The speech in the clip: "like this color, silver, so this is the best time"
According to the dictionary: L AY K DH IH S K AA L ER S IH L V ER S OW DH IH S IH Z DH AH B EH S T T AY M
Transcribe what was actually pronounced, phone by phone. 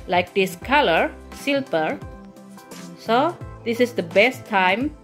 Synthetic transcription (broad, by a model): L AY K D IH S K AA L ER S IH L P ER S OW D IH S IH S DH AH B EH S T T AY M